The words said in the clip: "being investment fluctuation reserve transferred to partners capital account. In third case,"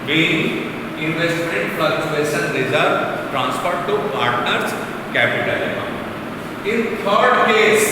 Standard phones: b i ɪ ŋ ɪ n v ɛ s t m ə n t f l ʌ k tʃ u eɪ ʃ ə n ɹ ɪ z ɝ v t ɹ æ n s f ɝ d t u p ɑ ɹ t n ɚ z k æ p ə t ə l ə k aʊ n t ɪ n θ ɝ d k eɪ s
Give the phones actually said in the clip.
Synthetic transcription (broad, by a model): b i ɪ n ɪ n v ɛ s t m ə n t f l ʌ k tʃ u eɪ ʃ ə n ɹ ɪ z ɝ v t ɹ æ n s p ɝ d t u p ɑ ɹ t n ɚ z k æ p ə t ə l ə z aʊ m ɪ n t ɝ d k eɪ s